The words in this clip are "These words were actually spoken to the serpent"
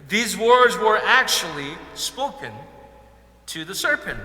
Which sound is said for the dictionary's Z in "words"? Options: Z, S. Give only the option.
Z